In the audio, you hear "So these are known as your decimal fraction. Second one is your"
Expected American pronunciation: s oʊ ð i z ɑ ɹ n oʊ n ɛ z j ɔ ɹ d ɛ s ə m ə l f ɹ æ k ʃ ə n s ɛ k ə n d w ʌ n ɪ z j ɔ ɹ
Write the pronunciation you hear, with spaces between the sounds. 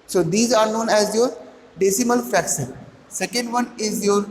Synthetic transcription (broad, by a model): s oʊ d i z ɑ ɹ n oʊ n ɛ z j ɔ ɹ d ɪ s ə m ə l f æ k s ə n s ɛ k ə n d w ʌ n ɪ z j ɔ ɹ